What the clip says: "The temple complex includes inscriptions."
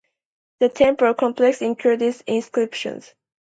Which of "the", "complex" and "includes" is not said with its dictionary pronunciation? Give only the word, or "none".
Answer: includes